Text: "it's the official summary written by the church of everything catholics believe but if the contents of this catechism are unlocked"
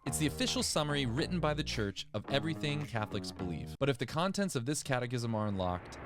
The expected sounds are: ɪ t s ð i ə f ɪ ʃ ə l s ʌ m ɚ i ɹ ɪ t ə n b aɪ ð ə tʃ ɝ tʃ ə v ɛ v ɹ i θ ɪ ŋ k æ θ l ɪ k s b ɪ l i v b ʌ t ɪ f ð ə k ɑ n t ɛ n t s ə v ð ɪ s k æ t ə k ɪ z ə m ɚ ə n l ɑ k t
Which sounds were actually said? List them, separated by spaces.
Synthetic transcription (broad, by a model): ɪ t s ð i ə f ɪ ʃ l s ʌ m ɚ i ɹ ɪ t n b aɪ ð ə tʃ ɝ tʃ ə v ɛ v ɹ i θ ɪ ŋ k æ θ l ɪ k s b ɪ l i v b ʌ t ɪ f ð ə k ɑ n t ɛ n t s ə v ð ɪ s k æ t ə k ɪ z ə m ɚ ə n l ɑ k t